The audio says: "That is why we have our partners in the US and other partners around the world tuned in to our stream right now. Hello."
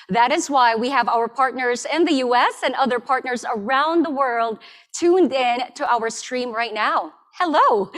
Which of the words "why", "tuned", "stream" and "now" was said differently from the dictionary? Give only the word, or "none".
none